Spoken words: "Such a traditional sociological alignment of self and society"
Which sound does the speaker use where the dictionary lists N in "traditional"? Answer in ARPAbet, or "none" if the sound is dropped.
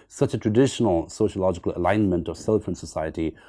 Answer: N